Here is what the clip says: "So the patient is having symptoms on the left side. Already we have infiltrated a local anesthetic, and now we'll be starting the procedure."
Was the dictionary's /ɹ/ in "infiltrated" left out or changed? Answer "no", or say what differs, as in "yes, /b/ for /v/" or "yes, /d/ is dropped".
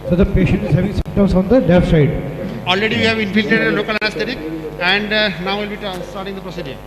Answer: yes, /ɹ/ is dropped